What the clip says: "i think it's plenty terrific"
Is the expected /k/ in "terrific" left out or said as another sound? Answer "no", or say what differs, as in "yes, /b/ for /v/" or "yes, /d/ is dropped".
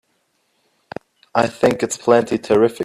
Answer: yes, /k/ is dropped